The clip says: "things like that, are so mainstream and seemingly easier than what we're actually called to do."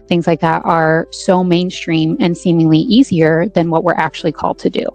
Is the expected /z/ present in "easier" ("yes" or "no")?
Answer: yes